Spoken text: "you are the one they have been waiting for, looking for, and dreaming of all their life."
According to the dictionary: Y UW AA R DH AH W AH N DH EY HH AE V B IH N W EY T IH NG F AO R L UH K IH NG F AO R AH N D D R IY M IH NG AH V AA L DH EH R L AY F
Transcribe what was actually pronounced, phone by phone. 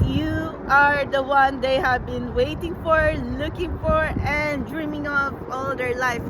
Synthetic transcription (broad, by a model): Y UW AA R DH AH W AH N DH EY HH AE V B IH N W EY T IH NG F AO R L UH K IH NG F AO R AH N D D R IY M IH NG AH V AA L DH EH R L AY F